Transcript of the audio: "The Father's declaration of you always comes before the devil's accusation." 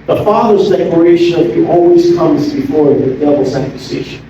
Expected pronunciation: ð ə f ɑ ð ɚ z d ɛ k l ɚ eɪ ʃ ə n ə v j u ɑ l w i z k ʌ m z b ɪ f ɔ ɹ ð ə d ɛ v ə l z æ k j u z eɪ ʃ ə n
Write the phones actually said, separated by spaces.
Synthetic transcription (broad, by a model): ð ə f ɑ ð ɚ z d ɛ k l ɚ eɪ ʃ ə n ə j ɑ l w i z k ʌ m z b ɪ f ɔ ɹ ð ə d ɛ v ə l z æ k j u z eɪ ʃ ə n